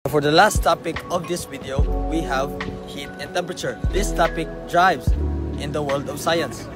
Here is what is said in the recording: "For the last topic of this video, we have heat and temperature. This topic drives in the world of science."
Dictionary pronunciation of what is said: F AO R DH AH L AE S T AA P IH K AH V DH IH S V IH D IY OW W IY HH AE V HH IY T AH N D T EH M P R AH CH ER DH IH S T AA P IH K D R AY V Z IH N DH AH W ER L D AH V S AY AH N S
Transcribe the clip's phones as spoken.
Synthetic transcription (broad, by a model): F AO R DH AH L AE S T AA P IH K AH V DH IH S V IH D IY OW W IY HH AE V HH IY T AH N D T EH M P R AH CH ER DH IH S T AA P IH K D R AY V Z IH N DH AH W ER L D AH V S AY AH N S